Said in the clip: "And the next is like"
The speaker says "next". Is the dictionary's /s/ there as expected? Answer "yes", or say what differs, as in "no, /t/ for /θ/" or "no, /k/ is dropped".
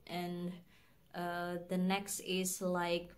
yes